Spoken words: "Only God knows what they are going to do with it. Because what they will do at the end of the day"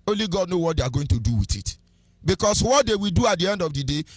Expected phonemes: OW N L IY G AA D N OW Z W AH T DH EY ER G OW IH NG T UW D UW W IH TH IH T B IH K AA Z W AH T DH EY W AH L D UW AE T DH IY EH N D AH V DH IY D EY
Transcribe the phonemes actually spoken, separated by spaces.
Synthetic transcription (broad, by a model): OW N L IY G AA D N OW W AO T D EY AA G OW IH NG T UW D UW W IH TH IH T B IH K AA S W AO T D EY W AH L D UW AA T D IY EH N D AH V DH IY D EY